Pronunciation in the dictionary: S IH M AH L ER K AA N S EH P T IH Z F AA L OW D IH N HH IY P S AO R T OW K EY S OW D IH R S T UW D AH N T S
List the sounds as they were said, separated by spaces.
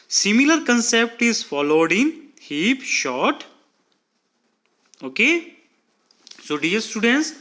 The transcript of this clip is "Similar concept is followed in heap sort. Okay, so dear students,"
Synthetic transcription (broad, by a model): S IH M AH L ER K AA N S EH P T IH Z F AA L OW D IH N HH IY P SH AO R T OW K EY S OW D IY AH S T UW D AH N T S